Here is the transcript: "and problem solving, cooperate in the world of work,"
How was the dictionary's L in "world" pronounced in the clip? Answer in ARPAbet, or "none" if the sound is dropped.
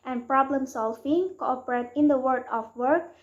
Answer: none